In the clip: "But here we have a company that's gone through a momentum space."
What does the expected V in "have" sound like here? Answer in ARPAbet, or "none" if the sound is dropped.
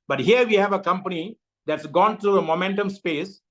V